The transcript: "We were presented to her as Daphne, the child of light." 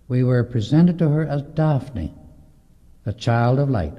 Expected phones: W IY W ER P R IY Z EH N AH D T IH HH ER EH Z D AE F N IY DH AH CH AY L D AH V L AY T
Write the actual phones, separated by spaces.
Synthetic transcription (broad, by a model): W IY W ER P R IY Z EH N AH D T IH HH ER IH Z D AE F N IY DH AH CH AY L D AH V L AY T